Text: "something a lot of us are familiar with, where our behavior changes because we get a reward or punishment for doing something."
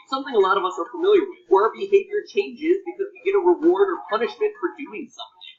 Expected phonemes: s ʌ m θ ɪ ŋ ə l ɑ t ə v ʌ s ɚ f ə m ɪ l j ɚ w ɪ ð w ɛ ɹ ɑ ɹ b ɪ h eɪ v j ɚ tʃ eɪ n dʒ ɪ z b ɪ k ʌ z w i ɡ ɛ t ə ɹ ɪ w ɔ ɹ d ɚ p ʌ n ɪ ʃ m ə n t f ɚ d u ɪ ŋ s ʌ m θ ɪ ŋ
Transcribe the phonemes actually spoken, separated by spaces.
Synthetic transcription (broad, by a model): s ʌ m θ ɪ ŋ ə l ɑ t ə v ʌ s ɚ f ə m ɪ l j ɚ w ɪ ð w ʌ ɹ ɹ b ɪ h eɪ v j ɚ tʃ eɪ n dʒ ɪ z b ɪ k ʌ z w i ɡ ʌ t ə ɹ ɪ w ɔ ɹ d ɚ p ʌ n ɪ ʃ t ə t f ɚ d u ɪ ŋ s ʌ m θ ɪ ŋ